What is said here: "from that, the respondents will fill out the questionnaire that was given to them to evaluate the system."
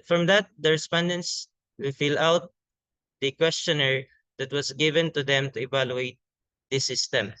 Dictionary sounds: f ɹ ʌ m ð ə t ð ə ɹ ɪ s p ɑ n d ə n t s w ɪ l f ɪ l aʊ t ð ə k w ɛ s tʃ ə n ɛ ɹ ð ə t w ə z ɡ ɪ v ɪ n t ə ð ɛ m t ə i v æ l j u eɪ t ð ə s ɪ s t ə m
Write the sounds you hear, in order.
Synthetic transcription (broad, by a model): f ɹ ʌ m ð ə t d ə ɹ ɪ s p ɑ n d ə n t s w ɪ l f ɪ l aʊ t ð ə k w ɛ s tʃ ə n ɛ ɹ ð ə t w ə s ɡ ɪ v ɪ n t ə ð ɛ m t ə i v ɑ l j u eɪ t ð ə s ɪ s t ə m